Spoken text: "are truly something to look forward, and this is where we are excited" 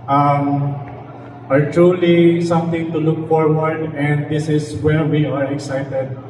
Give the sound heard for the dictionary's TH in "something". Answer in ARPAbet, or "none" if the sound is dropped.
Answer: T